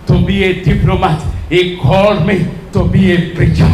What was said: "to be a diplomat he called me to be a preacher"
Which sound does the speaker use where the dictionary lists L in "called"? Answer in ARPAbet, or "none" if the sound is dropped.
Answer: none